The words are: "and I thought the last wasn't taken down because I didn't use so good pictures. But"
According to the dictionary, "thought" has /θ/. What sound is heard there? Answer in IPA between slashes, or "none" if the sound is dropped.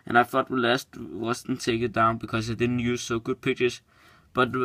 /f/